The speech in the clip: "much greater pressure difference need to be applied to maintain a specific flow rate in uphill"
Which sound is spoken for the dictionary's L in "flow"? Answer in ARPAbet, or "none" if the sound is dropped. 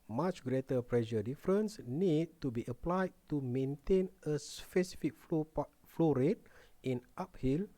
L